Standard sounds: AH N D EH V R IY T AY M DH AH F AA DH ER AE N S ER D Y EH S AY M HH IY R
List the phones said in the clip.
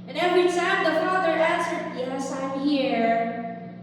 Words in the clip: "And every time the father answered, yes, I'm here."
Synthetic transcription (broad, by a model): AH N EH V R IY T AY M DH AH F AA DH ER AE S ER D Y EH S AY M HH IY R